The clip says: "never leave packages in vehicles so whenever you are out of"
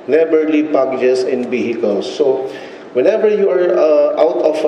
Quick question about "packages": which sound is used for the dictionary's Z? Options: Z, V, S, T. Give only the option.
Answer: S